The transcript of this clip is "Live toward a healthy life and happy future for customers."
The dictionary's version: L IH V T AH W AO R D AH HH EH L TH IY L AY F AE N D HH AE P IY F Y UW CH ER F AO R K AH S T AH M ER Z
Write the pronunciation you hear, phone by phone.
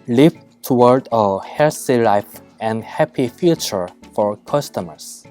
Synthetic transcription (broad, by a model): L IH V T AH W AO R D AH HH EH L S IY L AY F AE N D HH AE P IY F Y UW CH ER F AO R K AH S T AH M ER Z